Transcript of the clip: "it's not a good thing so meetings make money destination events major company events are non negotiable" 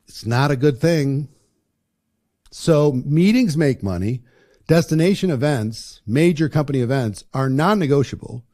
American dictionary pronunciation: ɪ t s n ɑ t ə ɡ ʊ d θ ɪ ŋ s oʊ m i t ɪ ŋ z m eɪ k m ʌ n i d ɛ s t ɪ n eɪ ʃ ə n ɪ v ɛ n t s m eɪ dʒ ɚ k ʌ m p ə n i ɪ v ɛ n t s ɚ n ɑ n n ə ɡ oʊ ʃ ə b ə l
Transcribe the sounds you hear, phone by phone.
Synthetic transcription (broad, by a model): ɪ t s n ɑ t ə ɡ ʊ d θ ɪ ŋ s oʊ m i t ɪ ŋ z m eɪ k m ʌ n i d ɛ s t ɪ n eɪ ʃ ə n ɪ v ɛ n t s m eɪ dʒ ɚ k ʌ m p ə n i ɪ v ɛ n t s ɚ n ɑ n n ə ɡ oʊ ʃ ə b l